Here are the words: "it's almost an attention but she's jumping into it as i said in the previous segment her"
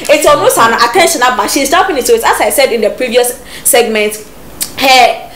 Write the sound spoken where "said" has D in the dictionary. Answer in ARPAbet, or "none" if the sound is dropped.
D